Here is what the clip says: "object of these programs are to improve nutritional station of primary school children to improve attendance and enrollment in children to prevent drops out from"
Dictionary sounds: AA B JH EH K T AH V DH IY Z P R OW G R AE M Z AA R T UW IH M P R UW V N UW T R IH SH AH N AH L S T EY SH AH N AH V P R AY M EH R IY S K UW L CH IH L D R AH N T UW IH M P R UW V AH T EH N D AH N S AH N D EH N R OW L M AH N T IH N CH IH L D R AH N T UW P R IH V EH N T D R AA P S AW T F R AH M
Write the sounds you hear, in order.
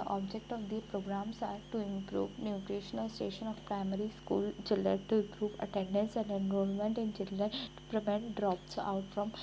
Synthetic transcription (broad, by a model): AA B JH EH K T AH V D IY P R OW G R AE M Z AA R T UW IH M P R UW V N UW T R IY SH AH N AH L S T EY SH AH N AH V P R AY M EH R IY S K UW L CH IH L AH T UW IH M P R UW V AH T EH N D AH N S AH N D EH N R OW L M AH N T IH N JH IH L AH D T UW P R IH V EH N T D R AA P S AW T F R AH M